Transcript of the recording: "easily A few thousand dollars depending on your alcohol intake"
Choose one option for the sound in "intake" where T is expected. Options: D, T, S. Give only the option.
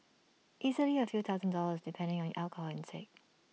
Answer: S